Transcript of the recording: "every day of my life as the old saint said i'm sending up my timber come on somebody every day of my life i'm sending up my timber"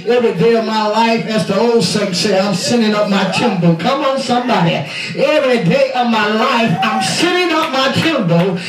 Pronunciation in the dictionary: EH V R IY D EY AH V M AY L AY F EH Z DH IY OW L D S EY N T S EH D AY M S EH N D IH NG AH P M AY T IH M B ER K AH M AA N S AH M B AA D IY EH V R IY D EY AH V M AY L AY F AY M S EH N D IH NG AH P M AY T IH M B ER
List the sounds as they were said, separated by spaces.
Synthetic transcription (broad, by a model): EH V R IY D EY AH V M AY L AY F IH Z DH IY OW L D S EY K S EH AY M S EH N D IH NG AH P M AY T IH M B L K AH M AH N S AH M B AA D IY EH V R IY D EY AH V M AY L AY F AY M S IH D IH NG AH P M AY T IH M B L